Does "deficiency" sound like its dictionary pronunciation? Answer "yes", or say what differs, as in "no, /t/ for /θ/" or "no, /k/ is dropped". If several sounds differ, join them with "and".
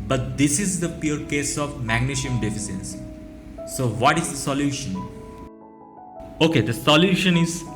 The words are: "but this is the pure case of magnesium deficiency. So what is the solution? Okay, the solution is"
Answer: no, /s/ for /ʃ/